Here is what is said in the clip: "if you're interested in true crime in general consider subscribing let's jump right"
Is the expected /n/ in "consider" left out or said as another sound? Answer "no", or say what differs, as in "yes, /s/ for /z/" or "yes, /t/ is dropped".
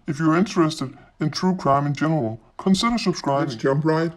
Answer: no